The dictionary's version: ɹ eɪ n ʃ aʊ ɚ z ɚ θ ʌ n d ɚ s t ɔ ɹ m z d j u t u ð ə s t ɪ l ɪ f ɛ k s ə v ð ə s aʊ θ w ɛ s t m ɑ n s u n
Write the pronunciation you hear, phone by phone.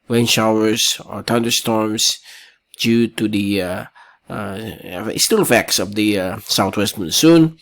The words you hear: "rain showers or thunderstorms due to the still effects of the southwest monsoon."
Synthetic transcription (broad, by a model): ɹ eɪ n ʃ aʊ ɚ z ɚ t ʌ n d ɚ s t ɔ ɹ m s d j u t u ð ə s t ɪ l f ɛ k s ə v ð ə s aʊ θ w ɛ s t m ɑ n s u n